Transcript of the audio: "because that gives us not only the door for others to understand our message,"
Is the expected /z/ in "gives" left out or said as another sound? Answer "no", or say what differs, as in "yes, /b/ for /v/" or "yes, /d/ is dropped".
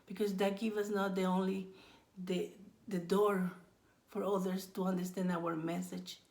yes, /z/ is dropped